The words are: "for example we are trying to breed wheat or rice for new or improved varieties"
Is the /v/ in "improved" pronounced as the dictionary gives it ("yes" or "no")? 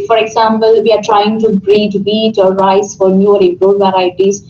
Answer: no